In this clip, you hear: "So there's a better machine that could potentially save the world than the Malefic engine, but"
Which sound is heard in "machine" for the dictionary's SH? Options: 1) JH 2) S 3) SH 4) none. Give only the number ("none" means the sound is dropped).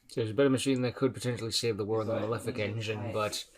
3